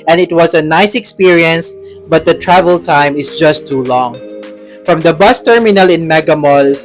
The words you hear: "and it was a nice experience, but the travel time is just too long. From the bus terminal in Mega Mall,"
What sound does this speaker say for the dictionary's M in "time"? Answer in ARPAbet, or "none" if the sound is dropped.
M